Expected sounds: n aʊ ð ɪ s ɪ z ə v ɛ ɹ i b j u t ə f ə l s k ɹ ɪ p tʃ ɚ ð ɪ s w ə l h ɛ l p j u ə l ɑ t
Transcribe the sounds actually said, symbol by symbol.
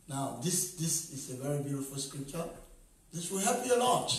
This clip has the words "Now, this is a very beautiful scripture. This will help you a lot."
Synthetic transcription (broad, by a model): n aʊ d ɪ s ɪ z ə v ɛ ɹ i b j u t ə f ə l s k ɹ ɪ p tʃ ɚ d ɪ s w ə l h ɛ p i ə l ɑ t